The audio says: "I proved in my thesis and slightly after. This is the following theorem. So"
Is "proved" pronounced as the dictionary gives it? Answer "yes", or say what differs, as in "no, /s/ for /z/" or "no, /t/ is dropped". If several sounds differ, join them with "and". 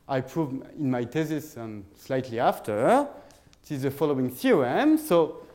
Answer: no, /d/ is dropped